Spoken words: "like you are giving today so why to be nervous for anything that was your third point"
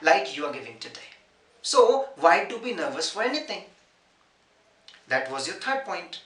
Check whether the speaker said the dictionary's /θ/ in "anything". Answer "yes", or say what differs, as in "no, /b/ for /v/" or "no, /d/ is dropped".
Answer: no, /t/ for /θ/